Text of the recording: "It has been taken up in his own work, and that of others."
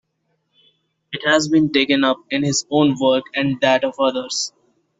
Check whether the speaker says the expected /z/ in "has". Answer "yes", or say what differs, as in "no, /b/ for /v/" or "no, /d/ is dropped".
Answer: yes